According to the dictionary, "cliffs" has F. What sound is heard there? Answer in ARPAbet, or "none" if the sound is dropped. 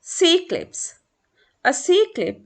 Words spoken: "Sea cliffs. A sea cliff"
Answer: P